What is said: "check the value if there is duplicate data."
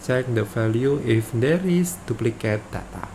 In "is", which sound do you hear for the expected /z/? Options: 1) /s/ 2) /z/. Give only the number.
1